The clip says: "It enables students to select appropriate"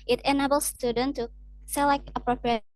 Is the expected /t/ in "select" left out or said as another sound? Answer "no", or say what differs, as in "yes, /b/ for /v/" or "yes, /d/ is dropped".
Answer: yes, /t/ is dropped